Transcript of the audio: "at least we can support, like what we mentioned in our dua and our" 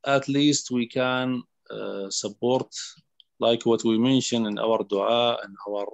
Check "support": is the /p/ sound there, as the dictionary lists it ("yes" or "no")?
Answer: no